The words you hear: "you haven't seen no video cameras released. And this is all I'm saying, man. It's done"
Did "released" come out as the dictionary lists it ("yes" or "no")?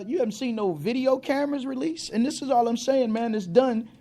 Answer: no